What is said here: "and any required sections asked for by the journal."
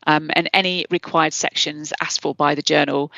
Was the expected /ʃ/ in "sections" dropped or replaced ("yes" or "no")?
no